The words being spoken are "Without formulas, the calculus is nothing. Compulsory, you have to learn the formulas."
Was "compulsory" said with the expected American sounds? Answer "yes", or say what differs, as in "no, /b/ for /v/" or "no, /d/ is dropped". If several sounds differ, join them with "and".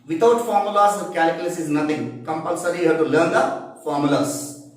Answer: yes